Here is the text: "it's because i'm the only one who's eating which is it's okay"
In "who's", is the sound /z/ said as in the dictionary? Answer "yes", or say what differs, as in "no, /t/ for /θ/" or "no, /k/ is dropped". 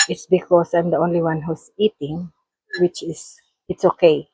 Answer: no, /s/ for /z/